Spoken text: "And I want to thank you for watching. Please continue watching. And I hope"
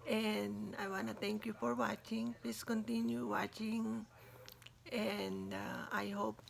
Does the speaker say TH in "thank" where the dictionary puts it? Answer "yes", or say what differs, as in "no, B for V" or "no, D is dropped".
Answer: no, T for TH